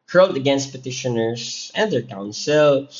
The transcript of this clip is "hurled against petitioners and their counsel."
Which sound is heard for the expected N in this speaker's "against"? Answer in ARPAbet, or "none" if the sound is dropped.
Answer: N